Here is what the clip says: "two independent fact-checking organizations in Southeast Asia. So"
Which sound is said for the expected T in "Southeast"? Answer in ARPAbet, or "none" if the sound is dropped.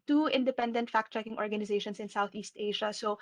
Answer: T